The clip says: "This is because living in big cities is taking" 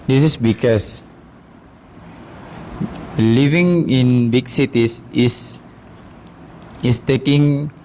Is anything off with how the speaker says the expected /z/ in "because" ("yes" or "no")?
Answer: yes